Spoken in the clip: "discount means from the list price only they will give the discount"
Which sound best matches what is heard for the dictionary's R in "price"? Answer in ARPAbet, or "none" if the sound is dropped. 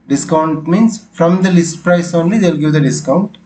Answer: R